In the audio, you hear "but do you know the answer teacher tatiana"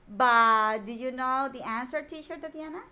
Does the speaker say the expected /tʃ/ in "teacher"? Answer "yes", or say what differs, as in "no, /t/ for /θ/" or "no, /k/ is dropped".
no, /ʃ/ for /tʃ/